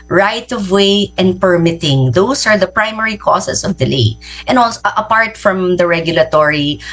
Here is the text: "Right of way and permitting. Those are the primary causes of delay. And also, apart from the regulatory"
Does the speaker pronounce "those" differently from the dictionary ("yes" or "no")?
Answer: yes